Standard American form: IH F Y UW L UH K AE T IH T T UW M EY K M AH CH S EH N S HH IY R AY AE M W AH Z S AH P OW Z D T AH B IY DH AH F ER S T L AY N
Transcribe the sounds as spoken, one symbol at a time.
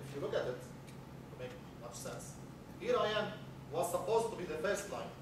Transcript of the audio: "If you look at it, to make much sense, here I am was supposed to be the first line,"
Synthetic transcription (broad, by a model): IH F Y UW L UH K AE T IH T T UW M EY K M AH CH S EH N S HH IY R AY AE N W AH Z S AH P OW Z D T AH B IY DH AH F ER S T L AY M